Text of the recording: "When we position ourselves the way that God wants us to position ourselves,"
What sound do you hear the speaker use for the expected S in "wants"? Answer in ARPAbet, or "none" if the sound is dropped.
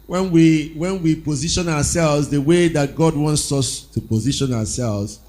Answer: S